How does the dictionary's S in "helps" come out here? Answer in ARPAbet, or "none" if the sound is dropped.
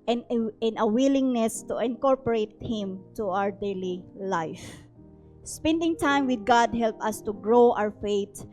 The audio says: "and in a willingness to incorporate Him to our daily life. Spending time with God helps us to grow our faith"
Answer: none